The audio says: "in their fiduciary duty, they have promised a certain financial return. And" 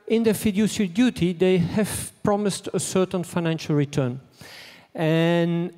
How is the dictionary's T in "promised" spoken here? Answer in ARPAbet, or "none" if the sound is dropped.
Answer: T